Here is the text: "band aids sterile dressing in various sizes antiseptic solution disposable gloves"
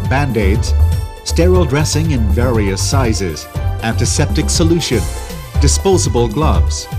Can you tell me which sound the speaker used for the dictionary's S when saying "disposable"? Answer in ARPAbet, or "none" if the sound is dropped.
S